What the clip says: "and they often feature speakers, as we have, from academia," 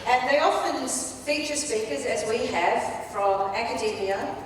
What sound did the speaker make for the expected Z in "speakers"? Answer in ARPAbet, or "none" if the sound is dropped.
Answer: Z